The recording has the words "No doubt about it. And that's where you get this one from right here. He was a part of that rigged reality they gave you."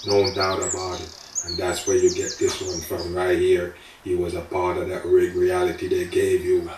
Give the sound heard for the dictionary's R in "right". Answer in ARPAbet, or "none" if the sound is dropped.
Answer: R